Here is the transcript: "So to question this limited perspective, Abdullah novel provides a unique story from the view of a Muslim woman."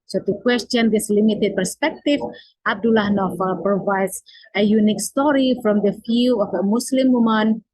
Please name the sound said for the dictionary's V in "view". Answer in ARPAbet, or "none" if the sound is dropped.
F